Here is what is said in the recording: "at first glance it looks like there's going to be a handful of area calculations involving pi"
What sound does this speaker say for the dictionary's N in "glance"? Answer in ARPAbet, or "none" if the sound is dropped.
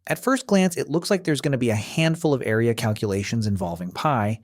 N